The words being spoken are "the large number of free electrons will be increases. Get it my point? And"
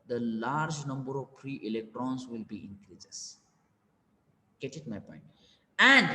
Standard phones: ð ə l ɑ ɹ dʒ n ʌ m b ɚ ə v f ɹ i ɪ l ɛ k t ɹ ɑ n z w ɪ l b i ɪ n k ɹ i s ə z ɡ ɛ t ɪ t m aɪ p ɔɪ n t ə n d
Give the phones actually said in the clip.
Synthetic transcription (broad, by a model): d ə l ɑ ɹ dʒ n ʌ m b ɚ ə v p ɹ i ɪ l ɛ k t ɹ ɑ n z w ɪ l b i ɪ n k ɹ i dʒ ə s ɡ ɛ t ɪ t m aɪ p ɔɪ n t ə n d